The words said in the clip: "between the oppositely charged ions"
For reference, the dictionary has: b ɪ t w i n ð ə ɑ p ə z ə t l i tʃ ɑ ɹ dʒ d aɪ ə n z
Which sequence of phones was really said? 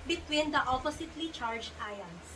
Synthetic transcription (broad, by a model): b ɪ t w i n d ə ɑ p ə s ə t l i tʃ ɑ ɹ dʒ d aɪ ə n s